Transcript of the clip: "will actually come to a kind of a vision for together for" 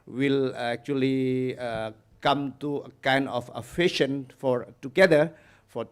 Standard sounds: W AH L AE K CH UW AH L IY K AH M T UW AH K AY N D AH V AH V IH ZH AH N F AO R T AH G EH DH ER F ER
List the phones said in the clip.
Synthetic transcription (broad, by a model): W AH L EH K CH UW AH L IY K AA M T UW AH K AY N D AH F AH F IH SH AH N F AO R T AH G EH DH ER F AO